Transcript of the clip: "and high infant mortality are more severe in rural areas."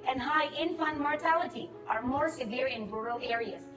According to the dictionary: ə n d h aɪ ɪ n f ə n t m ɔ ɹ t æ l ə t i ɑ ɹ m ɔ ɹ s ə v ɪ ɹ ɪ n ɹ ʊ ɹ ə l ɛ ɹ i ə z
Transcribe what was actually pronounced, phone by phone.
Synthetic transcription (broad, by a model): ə n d h aɪ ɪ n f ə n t m ɔ ɹ t æ l ə t i ɑ ɹ m ɔ ɹ s ə v ɪ ɹ ɪ n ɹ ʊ ɹ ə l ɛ ɹ i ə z